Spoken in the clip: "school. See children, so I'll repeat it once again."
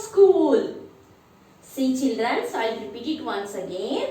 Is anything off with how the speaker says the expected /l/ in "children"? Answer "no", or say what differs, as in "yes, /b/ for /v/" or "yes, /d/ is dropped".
no